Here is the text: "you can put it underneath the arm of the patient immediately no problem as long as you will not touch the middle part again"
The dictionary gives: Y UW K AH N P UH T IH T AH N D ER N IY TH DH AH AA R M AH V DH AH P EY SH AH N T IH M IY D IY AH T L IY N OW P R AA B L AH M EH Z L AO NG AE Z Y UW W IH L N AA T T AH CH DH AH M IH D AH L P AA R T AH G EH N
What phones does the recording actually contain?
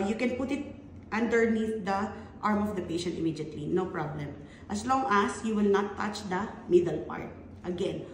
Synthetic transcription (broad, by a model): Y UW K AH N P UH T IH T AH N D ER N IY TH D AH AA R M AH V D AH P EY SH AH N T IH M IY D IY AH T L IY N OW P R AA B L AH M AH S L AO NG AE S Y UW W IH L N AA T T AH CH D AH M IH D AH L P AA R T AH G EH N